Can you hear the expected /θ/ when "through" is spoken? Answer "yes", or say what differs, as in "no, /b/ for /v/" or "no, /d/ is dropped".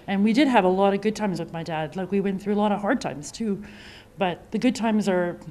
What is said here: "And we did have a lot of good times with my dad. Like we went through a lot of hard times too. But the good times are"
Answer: yes